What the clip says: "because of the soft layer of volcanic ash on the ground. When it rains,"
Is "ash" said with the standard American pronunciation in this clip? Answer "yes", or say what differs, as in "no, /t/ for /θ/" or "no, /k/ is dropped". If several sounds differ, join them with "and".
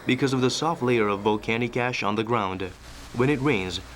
yes